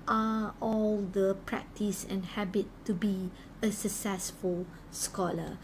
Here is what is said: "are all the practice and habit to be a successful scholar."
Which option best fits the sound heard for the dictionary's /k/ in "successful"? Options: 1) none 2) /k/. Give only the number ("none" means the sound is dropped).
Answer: 2